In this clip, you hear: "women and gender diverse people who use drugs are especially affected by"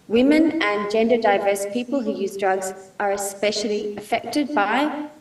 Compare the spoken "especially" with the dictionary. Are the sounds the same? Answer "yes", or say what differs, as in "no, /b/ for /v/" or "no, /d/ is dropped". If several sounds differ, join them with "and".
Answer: yes